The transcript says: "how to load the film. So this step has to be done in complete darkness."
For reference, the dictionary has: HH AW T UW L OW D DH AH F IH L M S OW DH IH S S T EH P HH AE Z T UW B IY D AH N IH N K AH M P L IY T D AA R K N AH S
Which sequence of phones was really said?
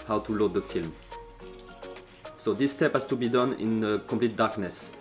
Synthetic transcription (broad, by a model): HH AW T UW L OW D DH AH F IH L M S OW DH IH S S T EH P HH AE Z T UW B IY D AH N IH N K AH P L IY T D AA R K N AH S